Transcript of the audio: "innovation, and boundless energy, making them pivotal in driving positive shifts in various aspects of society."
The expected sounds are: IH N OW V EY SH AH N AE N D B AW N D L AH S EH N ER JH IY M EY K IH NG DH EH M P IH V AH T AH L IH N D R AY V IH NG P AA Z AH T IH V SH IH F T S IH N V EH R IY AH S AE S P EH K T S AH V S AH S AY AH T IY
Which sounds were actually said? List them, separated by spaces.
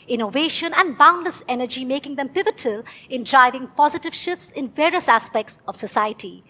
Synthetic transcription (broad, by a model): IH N OW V EY SH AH N AE N D B AW N D L AH S EH N ER JH IY M EY K IH NG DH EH M P IH V AH T AH L IH N D R AY V IH NG P AA Z AH T IH V SH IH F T S IH N V EH R IY AH S AE S P EH K T S AH V S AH S AY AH T IY